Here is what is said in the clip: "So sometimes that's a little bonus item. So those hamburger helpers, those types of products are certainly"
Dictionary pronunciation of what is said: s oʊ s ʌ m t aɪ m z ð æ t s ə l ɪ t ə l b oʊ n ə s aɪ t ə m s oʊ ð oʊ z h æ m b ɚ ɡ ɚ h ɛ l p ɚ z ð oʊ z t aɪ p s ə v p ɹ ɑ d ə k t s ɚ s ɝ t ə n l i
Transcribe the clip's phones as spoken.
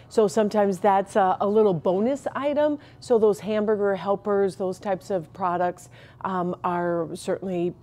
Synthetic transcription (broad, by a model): s oʊ s ʌ m t aɪ m z ð æ t s ə l ɪ t l b oʊ n ə s aɪ t ə m s oʊ ð oʊ z h æ m b ɚ ɡ ɚ h ɛ l p ɚ z ð oʊ z t aɪ p s ə v p ɹ ɑ d ə k t s ɚ s ɝ t n l i